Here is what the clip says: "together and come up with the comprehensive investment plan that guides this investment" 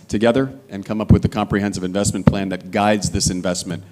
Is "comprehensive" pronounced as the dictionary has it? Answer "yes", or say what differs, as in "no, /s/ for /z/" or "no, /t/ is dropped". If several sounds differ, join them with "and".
yes